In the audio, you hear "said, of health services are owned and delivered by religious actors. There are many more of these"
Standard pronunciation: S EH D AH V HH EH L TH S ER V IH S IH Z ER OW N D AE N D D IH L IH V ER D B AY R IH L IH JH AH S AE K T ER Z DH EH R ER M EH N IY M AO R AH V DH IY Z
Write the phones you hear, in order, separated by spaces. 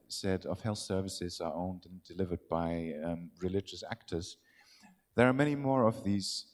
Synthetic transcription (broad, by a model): S EH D AH V HH EH L TH S ER V IH S IH Z ER OW N D N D D IH L IH V ER D B AY R IH L IH JH AH S AE K T ER Z DH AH R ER M EH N IY M AO R AH V DH IY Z